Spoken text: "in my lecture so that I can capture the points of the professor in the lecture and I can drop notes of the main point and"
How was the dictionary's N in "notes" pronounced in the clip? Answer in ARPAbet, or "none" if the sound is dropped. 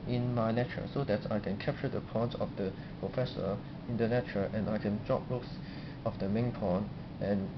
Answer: L